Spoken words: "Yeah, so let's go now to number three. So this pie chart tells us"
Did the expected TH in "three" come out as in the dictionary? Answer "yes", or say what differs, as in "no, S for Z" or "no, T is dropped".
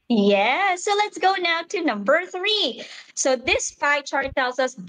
yes